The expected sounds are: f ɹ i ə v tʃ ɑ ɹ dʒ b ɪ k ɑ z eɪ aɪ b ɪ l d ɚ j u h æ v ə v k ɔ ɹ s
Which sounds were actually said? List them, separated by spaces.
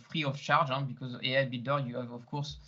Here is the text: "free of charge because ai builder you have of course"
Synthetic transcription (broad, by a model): f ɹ i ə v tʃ ɑ ɹ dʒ b ɪ k ɑ z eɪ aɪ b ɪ d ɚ j u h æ v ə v k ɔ ɹ s